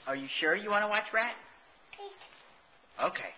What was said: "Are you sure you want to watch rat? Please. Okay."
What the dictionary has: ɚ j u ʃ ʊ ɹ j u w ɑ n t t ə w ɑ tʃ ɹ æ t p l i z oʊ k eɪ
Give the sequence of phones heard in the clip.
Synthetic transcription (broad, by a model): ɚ j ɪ ʃ ʊ ɹ j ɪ w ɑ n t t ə w ɑ tʃ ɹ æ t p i s oʊ k eɪ